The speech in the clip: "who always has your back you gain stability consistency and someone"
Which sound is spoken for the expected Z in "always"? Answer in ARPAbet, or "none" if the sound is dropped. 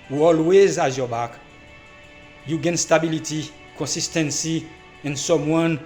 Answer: Z